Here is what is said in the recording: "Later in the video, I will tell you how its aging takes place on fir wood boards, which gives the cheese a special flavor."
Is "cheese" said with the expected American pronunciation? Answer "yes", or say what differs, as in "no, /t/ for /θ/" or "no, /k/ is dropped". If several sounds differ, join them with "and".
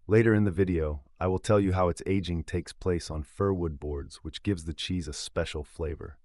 yes